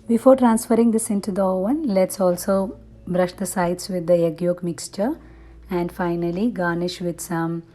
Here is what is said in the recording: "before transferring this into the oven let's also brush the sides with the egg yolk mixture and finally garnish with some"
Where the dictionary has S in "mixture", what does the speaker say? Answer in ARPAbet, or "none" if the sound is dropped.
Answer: S